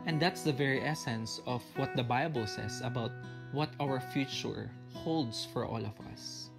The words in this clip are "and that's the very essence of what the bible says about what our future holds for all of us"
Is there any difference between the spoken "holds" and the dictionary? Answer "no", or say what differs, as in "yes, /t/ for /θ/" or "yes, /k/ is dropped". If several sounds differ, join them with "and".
yes, /s/ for /z/